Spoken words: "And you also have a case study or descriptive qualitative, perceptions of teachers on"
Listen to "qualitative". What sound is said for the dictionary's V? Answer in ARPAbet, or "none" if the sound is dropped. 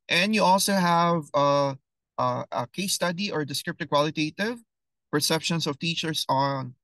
V